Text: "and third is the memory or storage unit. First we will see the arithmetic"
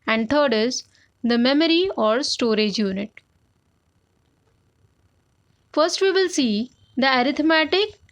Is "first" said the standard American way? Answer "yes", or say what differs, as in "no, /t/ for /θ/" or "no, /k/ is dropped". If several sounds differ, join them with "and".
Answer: yes